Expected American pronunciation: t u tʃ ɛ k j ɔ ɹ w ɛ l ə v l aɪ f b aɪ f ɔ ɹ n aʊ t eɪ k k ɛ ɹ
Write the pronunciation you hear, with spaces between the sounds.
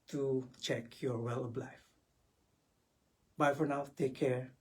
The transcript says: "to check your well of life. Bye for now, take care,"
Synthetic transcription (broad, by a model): t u tʃ ɛ k j ɔ ɹ w ɛ l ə b l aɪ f b aɪ f ɔ ɹ n aʊ t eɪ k k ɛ ɹ